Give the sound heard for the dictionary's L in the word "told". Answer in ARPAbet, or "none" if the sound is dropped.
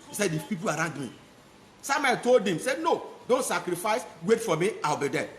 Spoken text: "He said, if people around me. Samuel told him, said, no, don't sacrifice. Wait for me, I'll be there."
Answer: L